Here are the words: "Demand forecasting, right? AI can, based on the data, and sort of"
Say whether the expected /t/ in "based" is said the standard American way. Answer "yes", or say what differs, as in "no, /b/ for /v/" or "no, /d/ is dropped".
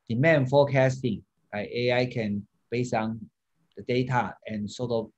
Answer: no, /t/ is dropped